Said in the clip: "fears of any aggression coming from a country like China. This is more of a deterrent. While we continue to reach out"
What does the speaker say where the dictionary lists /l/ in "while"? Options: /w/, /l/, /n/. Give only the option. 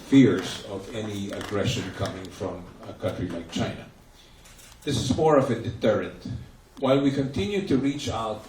/l/